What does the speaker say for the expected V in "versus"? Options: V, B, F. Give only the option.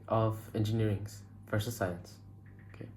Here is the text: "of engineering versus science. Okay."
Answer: F